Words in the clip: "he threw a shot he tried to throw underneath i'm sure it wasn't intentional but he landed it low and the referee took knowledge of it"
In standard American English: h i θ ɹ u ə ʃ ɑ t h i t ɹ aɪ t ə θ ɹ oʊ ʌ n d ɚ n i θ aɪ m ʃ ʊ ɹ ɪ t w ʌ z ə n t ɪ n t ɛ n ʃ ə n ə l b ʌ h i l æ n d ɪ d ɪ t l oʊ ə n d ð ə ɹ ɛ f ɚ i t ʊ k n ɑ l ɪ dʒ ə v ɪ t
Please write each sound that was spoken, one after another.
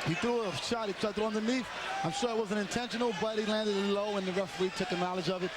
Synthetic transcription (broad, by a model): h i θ u ə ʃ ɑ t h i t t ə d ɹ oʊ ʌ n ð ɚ n i f aɪ m ʃ ʊ ɹ ɪ t w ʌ z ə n ɪ n t ɛ n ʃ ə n l b ʌ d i l æ n d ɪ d ɪ t l oʊ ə n ð ə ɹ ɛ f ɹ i t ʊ k n ɑ l ɪ dʒ ə v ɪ t